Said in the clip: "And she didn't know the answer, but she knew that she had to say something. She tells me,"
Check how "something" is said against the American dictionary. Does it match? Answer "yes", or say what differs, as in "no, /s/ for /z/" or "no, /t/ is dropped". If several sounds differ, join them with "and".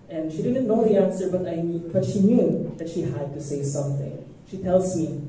yes